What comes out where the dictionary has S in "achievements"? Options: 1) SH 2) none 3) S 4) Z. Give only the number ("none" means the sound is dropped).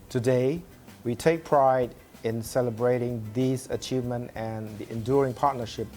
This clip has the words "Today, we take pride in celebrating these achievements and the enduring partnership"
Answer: 2